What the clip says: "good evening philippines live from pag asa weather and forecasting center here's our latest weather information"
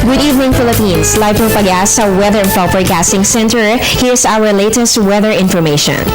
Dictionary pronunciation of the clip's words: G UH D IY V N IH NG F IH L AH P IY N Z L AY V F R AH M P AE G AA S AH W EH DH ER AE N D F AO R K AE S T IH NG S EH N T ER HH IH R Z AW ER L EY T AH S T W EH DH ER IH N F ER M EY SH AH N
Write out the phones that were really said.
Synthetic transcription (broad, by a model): G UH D IY V N IH NG F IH L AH P IY N S L AY V P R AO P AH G AA S AH W EH DH ER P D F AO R K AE S T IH NG S EH N T ER HH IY R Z AW ER L EY T AH S T W EH DH ER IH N F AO M EY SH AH N